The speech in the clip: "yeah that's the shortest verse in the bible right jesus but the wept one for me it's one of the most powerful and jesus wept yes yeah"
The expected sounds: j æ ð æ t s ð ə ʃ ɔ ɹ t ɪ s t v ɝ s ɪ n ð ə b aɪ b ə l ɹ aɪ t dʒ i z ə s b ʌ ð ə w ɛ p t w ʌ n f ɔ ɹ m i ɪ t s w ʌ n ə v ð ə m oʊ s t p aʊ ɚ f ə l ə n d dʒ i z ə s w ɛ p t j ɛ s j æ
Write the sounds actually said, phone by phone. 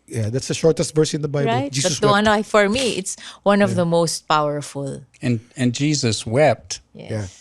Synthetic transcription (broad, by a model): j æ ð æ t s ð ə ʃ ɔ ɹ t ɪ s t v ɝ s ɪ n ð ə b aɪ ə ɹ aɪ t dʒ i b ʌ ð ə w w ʌ n f ɔ ɹ m i ɪ t s w ʌ n ə v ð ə m oʊ s t p aʊ ɚ f ə l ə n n dʒ i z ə s w ɛ p t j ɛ j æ